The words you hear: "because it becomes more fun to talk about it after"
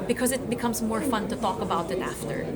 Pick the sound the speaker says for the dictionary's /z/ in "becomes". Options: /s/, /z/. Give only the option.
/z/